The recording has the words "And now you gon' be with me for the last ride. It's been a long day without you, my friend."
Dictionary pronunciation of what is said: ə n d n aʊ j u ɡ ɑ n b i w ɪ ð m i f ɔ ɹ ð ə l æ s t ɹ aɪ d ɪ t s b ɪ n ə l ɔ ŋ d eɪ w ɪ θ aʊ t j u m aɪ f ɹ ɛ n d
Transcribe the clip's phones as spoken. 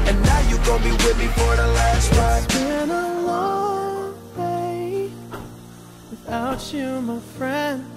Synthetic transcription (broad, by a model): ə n n aʊ j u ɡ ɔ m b i w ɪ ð m i f ɔ ɹ ð ə l æ s t w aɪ ɪ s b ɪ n ə l ɔ ŋ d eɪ w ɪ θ aʊ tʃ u m aɪ f ɹ ɛ n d